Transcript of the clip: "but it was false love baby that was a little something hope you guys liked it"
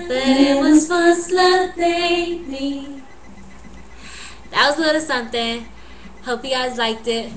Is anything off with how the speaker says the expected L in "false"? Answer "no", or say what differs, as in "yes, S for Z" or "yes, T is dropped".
yes, L is dropped